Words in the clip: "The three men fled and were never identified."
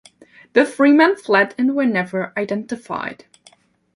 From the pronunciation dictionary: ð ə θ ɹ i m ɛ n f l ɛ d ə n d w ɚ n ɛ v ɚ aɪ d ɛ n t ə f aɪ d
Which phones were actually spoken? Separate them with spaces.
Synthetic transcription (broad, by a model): ð ə f ɹ i m ɛ n f l ɛ d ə n w ɚ n ɛ v ɚ aɪ d ɛ n t ə f aɪ d